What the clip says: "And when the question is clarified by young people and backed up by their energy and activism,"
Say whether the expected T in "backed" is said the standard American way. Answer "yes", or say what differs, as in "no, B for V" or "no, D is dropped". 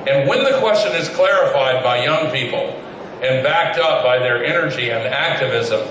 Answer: yes